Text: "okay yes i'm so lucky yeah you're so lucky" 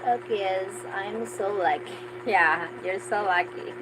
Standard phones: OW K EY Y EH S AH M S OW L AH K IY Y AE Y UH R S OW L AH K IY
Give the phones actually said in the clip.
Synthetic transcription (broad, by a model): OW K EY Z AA AH M S OW L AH K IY Y AE Y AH R S OW L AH K IY